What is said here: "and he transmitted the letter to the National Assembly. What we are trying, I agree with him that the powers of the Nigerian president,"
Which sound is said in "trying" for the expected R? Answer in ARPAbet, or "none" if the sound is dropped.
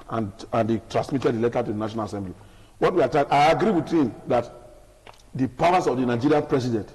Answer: none